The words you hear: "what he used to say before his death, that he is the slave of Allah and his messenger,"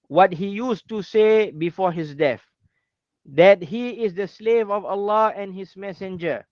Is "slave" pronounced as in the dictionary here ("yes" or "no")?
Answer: yes